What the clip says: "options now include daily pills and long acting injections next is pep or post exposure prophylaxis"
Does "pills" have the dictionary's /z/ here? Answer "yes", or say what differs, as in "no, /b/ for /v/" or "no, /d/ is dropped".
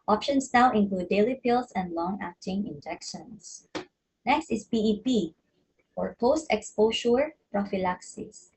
no, /s/ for /z/